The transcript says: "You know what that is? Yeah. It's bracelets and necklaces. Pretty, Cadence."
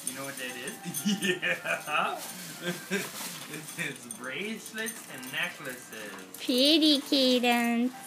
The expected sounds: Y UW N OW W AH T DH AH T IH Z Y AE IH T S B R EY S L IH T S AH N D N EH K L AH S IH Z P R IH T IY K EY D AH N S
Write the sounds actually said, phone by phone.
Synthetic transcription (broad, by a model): Y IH N OW W AH T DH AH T IH Z Y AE IH T S B R EY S L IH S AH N N EH K L AH S IH Z P R IH T IY K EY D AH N